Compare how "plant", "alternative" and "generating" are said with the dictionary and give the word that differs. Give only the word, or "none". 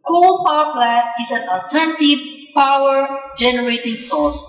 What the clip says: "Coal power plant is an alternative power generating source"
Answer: plant